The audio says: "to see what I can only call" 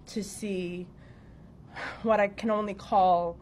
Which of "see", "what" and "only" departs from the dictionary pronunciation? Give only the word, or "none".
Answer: none